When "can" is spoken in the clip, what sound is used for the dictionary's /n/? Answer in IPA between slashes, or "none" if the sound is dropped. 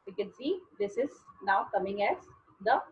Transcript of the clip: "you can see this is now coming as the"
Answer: /n/